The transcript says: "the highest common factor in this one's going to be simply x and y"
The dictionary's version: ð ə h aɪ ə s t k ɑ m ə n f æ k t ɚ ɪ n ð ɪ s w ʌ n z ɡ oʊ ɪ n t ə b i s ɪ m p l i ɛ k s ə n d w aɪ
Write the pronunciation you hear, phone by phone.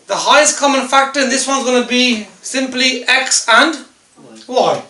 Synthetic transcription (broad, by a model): ð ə h aɪ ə s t k ɑ m ə n f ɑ k t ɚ ɪ n ð ɪ s w ʌ n z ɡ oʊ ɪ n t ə b i s ɪ m p l i ɛ k s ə n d w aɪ